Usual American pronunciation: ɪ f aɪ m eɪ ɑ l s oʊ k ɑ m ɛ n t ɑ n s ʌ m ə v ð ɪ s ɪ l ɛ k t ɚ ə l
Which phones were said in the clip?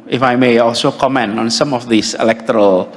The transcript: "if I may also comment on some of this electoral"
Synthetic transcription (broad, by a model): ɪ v aɪ m eɪ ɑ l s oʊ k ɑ m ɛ n ɑ n s ʌ m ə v ð ɪ s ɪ l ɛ k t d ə l